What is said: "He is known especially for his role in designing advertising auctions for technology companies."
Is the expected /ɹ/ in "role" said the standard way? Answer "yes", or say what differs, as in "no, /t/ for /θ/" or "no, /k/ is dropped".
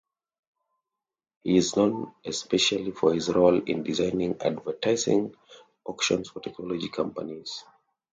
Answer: yes